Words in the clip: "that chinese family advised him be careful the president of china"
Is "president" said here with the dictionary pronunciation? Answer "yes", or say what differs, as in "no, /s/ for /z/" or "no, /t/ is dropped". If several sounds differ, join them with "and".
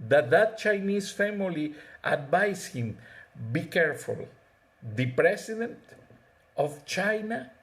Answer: no, /s/ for /z/